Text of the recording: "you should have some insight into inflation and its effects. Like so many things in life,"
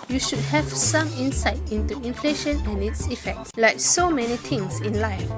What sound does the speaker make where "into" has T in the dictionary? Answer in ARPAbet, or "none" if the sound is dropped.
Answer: T